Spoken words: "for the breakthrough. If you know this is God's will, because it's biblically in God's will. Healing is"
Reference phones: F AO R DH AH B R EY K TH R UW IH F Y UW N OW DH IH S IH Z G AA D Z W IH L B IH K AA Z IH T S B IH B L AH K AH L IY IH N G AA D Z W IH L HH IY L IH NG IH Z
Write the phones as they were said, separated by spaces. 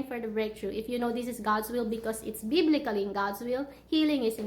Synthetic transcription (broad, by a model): F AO R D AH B R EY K T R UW IH F Y UW N OW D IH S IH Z G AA D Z W IH L B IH K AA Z IH T S B IH B L AH K AH L IY IH N G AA D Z W IH L HH IY L IH NG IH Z